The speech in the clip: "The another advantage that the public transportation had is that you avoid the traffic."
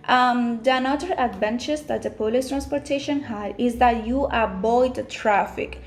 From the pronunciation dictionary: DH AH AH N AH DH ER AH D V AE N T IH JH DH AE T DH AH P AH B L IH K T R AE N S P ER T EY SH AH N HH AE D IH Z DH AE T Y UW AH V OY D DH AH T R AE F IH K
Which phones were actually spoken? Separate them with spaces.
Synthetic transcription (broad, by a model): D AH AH N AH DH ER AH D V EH N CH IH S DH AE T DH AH P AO L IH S T R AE N S P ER T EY SH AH N HH AE D IH Z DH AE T Y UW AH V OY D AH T R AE F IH K